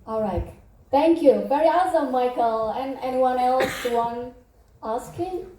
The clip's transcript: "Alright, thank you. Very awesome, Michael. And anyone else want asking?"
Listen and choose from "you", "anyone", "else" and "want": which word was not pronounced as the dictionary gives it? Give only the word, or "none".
want